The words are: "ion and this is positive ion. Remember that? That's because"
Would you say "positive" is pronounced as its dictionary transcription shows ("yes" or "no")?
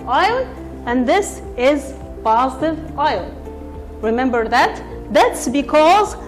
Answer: yes